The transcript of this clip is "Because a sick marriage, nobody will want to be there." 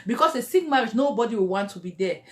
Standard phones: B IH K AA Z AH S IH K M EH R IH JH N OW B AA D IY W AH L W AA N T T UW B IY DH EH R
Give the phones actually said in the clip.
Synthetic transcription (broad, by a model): B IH K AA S AH S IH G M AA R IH Z N OW B AA D IY W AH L W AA N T T UW B IY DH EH